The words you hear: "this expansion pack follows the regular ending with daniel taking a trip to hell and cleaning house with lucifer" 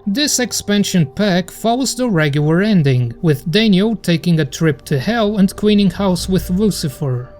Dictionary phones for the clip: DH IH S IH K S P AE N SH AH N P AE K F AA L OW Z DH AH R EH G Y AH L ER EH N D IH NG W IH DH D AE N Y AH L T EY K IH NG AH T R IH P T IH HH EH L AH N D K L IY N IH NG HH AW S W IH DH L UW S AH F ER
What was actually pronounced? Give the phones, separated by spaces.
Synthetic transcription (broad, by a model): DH IH S IH K S P AE N SH AH N P AE K F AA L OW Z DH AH R EH G Y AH L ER EH N D IH NG W IH DH D AE N Y AH L T EY K IH NG AH T R IH P T IH HH EH L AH N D K W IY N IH NG HH AW S W IH DH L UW S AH F ER